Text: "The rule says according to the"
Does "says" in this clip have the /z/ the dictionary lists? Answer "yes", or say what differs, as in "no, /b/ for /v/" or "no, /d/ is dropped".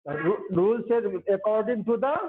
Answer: no, /z/ is dropped